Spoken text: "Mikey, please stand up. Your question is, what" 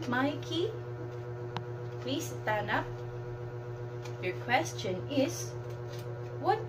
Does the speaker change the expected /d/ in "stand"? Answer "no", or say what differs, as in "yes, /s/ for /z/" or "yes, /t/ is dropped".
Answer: yes, /d/ is dropped